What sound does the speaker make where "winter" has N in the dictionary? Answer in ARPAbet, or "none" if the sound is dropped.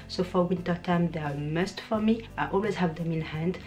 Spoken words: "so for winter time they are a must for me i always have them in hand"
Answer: N